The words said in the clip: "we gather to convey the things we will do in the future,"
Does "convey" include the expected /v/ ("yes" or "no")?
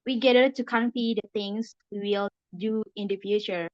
no